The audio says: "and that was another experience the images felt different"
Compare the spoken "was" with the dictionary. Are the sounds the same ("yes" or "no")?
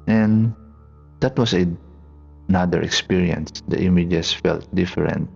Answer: no